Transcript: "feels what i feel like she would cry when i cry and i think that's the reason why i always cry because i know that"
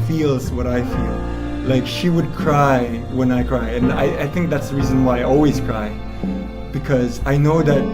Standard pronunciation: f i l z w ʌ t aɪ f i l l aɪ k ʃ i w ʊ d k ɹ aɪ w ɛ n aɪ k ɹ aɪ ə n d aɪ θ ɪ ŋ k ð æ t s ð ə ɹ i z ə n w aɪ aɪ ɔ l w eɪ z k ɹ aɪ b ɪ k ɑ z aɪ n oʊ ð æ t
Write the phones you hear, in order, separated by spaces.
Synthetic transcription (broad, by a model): f i l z w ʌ t aɪ f i l l aɪ k ʃ i w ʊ d k ɹ aɪ w ɛ n aɪ k ɹ aɪ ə n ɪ aɪ θ ɪ ŋ k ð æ t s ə ɹ i z ə n w aɪ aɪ ɔ l w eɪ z k ɹ aɪ b ɪ k ɑ z aɪ n oʊ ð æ t